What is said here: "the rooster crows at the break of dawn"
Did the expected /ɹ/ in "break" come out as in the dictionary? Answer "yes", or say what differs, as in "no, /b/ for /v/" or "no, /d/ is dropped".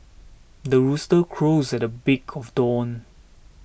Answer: no, /ɹ/ is dropped